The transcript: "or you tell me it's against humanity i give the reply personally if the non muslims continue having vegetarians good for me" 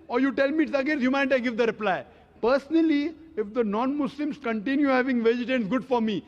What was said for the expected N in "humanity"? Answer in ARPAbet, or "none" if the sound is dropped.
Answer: none